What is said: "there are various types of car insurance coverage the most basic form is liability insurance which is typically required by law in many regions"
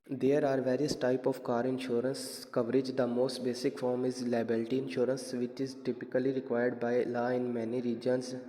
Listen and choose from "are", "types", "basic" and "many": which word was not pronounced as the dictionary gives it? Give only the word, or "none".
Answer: types